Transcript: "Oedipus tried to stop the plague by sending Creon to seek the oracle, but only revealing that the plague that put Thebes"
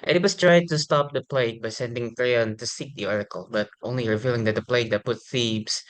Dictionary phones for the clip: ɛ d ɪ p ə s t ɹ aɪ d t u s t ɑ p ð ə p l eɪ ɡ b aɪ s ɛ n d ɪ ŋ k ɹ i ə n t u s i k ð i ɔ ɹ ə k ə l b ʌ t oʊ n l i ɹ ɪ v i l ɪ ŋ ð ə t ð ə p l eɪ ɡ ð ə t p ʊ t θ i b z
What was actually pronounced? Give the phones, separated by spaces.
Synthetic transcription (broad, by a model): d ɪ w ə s t ɹ aɪ d t u s t ɑ p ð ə p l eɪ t b aɪ s ɛ n d ɪ ŋ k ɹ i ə n t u s i k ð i ɔ ɹ ə k ə l b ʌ t oʊ n l i ɹ ɪ v i l ɪ ŋ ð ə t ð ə p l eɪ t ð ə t p ʊ t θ i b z